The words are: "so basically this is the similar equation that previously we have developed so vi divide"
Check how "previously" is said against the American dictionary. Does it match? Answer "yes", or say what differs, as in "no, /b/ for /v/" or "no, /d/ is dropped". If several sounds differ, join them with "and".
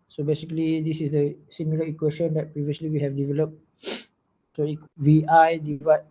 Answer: no, /s/ is dropped